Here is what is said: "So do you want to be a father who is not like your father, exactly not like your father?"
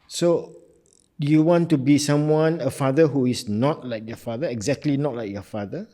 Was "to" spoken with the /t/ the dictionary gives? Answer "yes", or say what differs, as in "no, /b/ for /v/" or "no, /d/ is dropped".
no, /s/ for /t/